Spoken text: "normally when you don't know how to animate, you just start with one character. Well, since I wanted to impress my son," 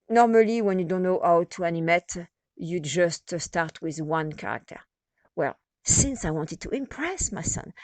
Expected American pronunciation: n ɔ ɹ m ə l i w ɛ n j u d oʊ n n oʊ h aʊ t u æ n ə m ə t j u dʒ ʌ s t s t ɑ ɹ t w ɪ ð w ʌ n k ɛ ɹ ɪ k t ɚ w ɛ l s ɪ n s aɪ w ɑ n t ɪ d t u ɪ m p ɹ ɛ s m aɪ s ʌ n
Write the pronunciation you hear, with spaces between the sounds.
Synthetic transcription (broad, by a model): n ɔ ɹ m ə l i w ɛ n j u d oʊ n n oʊ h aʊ t u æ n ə m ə t j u dʒ ʌ s t s t ɑ ɹ t w ɪ ð w ʌ n k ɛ ɹ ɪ k t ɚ w ɛ l s ɪ n s aɪ w ɑ n t ɪ d t u ɪ m p ɹ ɛ s m aɪ s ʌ n